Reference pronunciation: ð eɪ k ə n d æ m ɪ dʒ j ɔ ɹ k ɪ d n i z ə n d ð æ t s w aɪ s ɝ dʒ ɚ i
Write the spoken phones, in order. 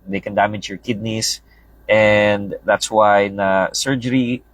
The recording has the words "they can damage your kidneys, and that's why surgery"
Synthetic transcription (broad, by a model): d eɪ k ə n d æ m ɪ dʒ j ɔ ɹ k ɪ d n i s ə n d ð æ t s w aɪ s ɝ dʒ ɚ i